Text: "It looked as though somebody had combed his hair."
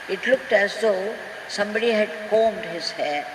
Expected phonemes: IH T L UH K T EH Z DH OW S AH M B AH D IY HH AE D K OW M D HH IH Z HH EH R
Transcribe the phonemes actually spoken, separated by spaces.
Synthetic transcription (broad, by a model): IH T L UH K T EH Z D OW S AH M B AH D IY HH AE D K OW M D HH IH Z HH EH